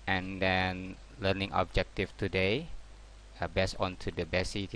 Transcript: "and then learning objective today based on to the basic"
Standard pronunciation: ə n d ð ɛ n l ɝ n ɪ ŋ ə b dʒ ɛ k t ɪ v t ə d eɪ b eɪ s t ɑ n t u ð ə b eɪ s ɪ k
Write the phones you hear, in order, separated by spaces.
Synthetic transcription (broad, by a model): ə n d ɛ n l ɝ n ɪ ŋ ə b dʒ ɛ k t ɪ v t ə d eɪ b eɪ s ɑ n t u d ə b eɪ s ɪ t